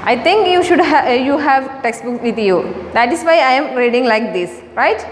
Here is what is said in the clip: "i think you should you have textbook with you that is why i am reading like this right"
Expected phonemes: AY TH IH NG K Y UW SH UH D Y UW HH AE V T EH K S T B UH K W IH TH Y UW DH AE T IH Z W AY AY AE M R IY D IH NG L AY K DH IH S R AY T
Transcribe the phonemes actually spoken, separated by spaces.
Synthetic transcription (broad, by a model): AY T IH NG K Y UW SH UH D Y UW HH AE V T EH K S T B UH K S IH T Y UW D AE T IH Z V AY AY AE M R IY D IH NG L AY K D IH S R AY T